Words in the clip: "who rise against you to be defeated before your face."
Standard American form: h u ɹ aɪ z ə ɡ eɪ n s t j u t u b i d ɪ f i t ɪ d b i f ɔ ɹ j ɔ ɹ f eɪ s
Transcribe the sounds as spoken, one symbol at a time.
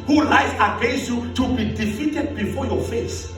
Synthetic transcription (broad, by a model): h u l aɪ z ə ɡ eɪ s j u t u b i d ɪ f i t ɪ d b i f ɔ j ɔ f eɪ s